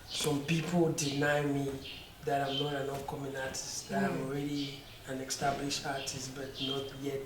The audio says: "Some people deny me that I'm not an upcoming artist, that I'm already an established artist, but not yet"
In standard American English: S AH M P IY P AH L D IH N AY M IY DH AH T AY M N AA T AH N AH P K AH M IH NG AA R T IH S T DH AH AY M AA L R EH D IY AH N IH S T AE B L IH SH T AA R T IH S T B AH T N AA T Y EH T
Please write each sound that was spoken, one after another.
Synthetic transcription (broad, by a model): S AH M P IY P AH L D IH N AY M IY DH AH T AY M N AA T AH N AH F K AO M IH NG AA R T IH S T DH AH AY M AA L R EH D IY AH N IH S T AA B L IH SH AA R T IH S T B AH T N AA T Y EH T